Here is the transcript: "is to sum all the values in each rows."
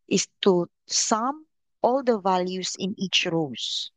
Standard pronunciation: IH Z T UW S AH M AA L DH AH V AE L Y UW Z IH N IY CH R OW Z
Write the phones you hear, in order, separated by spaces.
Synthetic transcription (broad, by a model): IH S T UW S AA M AA L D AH V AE L Y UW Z IH N IY CH R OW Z